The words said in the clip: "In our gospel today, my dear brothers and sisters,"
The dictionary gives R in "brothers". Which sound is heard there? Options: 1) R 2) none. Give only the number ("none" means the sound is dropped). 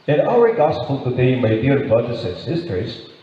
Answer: 2